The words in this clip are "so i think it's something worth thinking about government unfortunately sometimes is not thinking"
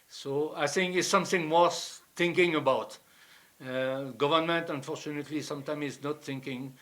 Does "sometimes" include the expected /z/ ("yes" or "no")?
no